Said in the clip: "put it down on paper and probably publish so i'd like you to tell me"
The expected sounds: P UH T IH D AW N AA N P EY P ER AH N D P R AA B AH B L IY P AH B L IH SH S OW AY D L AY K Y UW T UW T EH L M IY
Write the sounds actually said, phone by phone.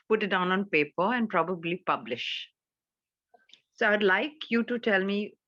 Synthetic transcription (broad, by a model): P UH T IH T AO N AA N P EY P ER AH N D P R AA B AH B L IY P AH B L IH SH S OW AY D L AY K Y UW T UW T EH L M IY